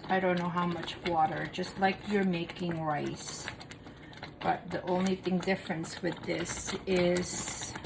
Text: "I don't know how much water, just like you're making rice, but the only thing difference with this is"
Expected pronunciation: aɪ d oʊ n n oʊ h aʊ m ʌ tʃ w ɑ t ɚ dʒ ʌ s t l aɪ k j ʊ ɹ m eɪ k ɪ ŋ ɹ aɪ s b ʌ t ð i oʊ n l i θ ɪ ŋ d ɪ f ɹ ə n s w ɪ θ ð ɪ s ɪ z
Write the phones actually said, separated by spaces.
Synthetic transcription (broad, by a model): aɪ d oʊ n n oʊ h aʊ m ʌ tʃ w ɑ t ɚ dʒ ʌ s t l aɪ k j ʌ ɹ m eɪ k ɪ ŋ ɹ aɪ s b ʌ t ð i oʊ n l i θ ɪ ŋ d ɪ f ɹ ə n s w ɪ ð ɪ s ɪ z